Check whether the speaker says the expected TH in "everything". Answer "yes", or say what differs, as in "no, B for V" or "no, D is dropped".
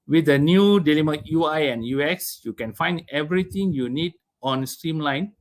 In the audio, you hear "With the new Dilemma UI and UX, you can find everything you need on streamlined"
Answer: no, T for TH